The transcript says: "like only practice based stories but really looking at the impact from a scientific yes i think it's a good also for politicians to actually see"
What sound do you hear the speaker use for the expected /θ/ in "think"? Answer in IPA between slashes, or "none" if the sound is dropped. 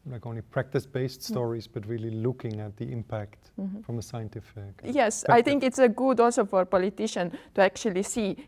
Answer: /t/